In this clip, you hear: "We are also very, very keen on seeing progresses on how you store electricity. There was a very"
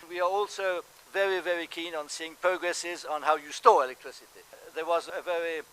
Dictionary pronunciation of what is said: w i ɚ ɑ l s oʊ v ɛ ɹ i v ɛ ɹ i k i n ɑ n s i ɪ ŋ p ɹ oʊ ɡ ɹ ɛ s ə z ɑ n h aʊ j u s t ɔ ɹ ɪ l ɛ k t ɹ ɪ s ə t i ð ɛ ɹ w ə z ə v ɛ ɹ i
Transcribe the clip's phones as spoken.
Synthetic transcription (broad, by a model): w i ɚ ɑ l s oʊ v ɛ ɹ i v ɛ ɹ i k i n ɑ n s i ɪ ŋ p ɹ oʊ ɡ ɹ ɛ s ə z n h aʊ j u s t ɔ ɹ ɪ l ɛ k t ɹ ɪ s ə t i ð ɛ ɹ w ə z ə v ɛ ɹ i